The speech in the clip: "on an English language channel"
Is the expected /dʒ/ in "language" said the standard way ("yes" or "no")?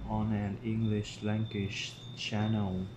no